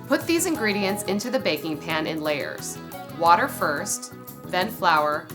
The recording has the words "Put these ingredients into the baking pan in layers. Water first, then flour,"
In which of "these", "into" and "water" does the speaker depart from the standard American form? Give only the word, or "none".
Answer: none